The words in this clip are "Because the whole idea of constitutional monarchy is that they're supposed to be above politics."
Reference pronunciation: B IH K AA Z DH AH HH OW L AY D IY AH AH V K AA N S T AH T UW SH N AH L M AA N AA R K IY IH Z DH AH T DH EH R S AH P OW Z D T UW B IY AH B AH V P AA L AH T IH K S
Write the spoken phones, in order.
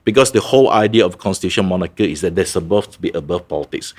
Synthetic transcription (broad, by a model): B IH K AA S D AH HH OW L AY D IY AH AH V K AA N S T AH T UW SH AH N M AA N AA K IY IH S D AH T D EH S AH B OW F T UW B IY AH B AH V P AA L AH T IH K S